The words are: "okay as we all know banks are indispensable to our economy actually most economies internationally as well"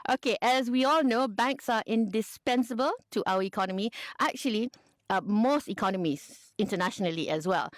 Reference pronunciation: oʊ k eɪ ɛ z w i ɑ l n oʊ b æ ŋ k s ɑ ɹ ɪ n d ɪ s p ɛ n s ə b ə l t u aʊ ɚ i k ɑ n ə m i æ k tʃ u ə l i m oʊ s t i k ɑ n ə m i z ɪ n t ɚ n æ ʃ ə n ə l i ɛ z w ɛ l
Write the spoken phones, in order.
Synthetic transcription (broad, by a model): oʊ k eɪ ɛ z w i ɑ l n oʊ b æ ŋ k s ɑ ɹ ɪ n d ɪ s p ɛ n s ə b ə l t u aʊ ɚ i k ɑ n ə m i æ k tʃ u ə l i m oʊ s t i k ɑ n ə m i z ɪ n t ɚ n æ ʃ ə n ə l i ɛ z w ɛ l